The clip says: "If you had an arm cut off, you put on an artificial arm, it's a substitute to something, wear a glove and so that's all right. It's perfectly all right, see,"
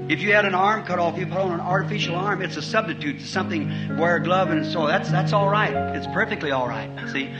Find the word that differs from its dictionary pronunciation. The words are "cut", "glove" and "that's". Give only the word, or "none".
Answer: none